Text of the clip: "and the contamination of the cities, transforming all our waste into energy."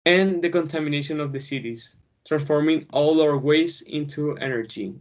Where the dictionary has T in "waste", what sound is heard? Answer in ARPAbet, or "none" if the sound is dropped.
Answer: none